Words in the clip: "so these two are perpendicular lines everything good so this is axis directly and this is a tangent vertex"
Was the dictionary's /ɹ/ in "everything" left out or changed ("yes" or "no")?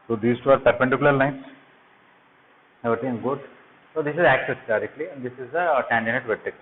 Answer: yes